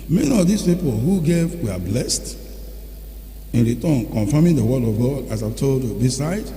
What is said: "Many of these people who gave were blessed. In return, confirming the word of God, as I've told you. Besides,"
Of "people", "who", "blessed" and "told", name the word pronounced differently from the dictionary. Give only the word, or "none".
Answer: none